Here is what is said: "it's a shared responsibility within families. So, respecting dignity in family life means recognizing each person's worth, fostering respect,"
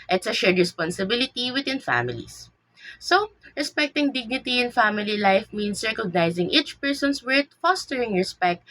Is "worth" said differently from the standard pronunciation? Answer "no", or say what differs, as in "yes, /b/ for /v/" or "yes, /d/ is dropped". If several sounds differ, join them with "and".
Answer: yes, /t/ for /θ/